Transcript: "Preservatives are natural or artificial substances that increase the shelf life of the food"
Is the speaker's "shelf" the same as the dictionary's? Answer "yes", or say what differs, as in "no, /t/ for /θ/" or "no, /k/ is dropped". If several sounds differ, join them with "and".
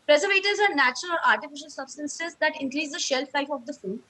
yes